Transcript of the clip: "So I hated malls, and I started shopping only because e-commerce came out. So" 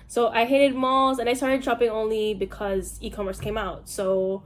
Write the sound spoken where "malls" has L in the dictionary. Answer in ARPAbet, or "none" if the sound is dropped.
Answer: L